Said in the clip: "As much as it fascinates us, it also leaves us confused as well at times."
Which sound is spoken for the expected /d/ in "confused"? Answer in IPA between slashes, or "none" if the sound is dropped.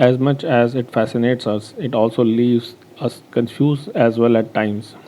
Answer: none